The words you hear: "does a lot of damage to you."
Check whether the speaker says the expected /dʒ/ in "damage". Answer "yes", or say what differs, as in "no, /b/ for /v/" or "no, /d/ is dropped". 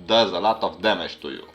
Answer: no, /ʃ/ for /dʒ/